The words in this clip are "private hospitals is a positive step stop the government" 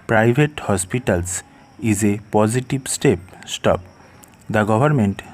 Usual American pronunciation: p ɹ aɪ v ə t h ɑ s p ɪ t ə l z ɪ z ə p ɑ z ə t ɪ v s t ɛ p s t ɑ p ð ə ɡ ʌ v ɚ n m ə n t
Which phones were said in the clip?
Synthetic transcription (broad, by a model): p ɹ aɪ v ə t h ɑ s p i t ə l s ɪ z ə p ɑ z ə t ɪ b s t ɛ p s t ɑ p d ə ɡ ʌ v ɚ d m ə n t